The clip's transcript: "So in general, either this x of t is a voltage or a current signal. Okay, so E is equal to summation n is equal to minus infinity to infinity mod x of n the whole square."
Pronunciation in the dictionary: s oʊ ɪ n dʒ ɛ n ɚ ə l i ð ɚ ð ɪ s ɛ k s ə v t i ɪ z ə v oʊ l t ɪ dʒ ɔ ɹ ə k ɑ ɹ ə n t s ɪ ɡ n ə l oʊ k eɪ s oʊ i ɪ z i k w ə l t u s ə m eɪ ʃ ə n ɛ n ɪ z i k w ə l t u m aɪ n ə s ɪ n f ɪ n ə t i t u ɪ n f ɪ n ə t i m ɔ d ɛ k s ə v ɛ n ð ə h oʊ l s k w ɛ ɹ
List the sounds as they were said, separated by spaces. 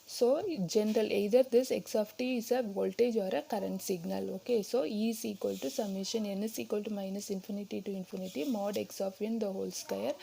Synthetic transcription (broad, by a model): s oʊ dʒ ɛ n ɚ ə l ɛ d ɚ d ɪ s ɛ k s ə f t i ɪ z ə v oʊ l t ɪ dʒ ɔ ɹ ə k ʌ ɹ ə n t s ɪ ɡ n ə l oʊ k eɪ s oʊ i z i k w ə l t u s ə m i ʃ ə n ɛ n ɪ s i k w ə l t u m aɪ n ə s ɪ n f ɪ n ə t i t u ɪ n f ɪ n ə t i m ɔ d ɛ k s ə f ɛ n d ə h oʊ l s k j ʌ ɹ